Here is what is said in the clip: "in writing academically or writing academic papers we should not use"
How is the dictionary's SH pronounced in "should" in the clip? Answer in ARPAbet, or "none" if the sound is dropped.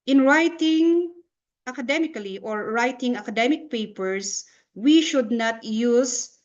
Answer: SH